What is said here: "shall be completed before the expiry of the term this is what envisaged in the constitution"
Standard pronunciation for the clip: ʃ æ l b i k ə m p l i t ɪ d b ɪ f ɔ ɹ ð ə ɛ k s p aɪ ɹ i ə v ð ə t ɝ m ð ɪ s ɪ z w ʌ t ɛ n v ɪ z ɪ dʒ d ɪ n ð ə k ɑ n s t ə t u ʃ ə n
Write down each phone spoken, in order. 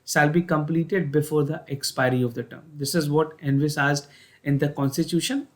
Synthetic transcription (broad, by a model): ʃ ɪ l b i k ə m p l i t ɪ d b ɪ f ɔ ɹ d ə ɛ k s p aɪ ɹ i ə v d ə t ɝ m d ɪ s ɪ z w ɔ t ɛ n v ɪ s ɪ z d ɪ n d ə k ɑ n s t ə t u ʃ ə n